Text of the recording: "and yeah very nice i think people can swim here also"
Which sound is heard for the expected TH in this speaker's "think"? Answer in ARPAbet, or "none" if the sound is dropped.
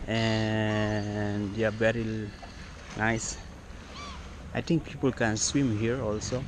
T